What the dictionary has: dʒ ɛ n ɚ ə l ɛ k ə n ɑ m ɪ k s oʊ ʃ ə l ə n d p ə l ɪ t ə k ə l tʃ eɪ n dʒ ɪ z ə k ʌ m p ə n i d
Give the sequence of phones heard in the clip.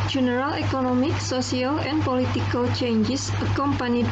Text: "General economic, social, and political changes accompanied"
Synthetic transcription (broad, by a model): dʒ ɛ n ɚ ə l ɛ k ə n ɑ m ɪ k s oʊ s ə l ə n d p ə l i t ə k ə l tʃ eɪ n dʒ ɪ s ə k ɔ m p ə n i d